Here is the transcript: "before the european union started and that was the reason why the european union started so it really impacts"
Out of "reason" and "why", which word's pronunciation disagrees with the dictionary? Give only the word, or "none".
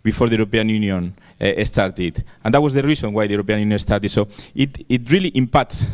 reason